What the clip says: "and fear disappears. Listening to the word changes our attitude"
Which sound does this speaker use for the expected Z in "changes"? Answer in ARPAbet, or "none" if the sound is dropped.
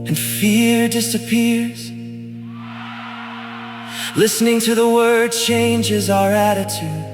Z